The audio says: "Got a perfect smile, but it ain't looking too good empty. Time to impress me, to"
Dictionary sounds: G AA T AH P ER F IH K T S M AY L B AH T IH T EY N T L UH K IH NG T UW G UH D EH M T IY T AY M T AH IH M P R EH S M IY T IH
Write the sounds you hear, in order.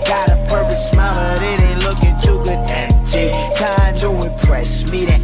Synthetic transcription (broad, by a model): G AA T AH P ER P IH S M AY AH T IH T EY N L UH K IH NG T UW G UH D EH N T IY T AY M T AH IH P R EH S M IY T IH